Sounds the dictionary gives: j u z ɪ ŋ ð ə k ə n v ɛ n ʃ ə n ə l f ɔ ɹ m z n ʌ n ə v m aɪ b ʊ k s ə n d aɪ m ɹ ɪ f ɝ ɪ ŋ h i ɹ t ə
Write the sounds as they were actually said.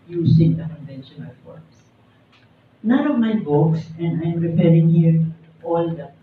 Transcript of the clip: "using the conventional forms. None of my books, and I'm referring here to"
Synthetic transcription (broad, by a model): j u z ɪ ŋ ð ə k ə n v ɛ n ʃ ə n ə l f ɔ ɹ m s n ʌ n ə v m aɪ b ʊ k s ə n d aɪ m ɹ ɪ p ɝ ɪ ŋ h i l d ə